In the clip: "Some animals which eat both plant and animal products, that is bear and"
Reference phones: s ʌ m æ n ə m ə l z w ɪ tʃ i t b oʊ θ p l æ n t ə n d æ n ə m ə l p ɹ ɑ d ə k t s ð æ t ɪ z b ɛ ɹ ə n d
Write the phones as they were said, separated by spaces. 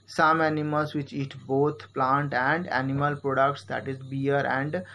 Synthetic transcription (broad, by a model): s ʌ m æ n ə m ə l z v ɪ tʃ i t b oʊ t p l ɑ n t ə n d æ n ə m ə l p ɹ ɑ d ə k t s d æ t ɪ z b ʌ ɹ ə n d